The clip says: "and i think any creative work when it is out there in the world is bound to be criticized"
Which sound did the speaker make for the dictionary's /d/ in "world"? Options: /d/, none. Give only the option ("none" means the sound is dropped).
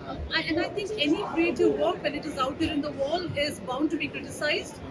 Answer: none